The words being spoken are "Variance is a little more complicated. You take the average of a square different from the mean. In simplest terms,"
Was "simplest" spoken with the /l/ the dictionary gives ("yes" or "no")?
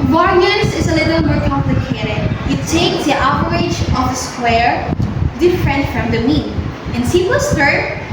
no